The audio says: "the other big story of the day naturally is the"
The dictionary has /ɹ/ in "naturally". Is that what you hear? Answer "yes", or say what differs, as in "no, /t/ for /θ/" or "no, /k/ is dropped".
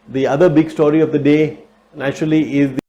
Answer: yes